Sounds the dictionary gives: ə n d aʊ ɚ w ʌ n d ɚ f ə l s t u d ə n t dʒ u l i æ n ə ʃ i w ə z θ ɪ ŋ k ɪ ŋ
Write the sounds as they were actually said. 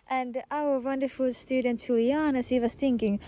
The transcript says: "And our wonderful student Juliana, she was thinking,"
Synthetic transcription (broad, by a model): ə n d aʊ ɚ w ʌ n d ɚ f ə l s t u d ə n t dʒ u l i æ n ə s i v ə s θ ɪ ŋ k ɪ ŋ